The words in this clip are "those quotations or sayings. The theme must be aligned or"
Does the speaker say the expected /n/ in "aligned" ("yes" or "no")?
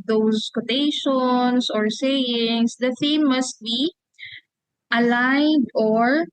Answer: no